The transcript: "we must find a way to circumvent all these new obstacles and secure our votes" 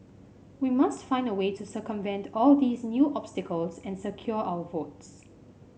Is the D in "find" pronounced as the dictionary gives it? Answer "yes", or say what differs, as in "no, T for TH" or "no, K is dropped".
yes